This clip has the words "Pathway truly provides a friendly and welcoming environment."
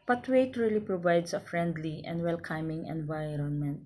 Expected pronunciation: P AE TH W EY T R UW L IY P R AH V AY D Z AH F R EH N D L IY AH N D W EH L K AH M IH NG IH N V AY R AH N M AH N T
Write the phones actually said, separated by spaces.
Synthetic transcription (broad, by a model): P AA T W EY T R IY L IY P R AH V AY D S AH F R EH N D L IY AH N D W EH L K AH M IH NG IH N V AY R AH N M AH N T